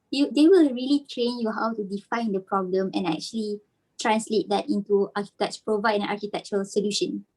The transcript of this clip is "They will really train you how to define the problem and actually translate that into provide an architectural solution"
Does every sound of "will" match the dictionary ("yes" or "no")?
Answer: yes